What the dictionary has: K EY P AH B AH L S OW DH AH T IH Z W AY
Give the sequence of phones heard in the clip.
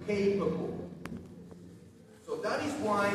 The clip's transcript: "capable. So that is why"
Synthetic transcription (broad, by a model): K EY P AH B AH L S OW DH AH T IH Z W AY